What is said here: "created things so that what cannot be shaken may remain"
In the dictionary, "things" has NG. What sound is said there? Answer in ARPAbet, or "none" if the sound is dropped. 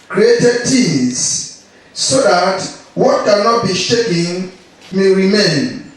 none